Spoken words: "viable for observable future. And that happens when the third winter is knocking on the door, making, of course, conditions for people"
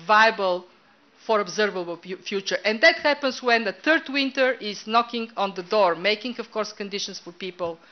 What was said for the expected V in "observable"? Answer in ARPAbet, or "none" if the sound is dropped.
V